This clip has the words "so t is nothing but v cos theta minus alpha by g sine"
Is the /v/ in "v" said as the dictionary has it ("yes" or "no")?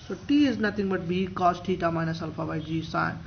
no